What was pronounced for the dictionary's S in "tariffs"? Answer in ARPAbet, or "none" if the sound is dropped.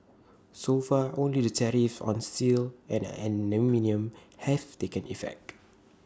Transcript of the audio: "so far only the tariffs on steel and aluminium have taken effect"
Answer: none